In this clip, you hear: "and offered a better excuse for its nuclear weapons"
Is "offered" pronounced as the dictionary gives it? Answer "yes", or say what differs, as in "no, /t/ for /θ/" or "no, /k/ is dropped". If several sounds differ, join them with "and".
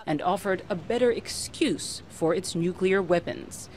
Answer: yes